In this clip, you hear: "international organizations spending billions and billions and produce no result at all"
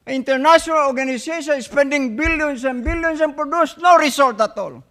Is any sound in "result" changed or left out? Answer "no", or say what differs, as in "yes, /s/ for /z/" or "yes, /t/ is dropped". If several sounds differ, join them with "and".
yes, /s/ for /z/